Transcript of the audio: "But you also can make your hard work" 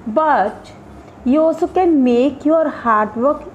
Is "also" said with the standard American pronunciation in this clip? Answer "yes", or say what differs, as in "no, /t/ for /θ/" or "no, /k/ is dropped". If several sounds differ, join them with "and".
no, /l/ is dropped